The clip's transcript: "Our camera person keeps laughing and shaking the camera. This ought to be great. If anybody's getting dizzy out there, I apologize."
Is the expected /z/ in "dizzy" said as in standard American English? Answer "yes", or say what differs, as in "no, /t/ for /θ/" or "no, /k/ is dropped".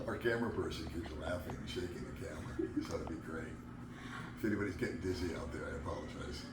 yes